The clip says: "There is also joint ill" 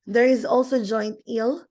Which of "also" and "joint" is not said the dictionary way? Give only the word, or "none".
none